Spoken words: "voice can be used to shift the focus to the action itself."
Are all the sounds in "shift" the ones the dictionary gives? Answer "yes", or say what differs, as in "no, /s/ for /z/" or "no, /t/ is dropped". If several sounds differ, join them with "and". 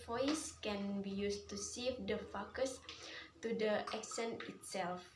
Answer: no, /s/ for /ʃ/